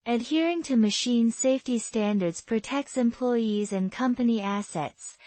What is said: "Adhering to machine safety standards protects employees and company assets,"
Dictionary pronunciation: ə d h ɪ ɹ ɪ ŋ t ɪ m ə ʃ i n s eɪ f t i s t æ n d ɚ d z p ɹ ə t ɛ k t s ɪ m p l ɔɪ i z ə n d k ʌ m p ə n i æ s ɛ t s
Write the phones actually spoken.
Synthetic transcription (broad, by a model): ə d h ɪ ɹ ɪ ŋ t ɪ m ə ʃ i n s eɪ f t i s t æ n d ɚ d z p ɹ ə t ɛ k t s ɪ m p l ɔɪ i z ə n k ʌ m p ə n i æ s ɛ t s